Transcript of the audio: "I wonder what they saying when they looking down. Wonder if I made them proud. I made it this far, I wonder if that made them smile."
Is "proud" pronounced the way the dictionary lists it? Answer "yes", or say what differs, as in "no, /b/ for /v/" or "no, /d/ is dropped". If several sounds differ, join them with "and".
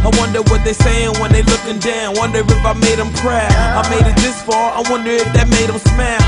no, /d/ is dropped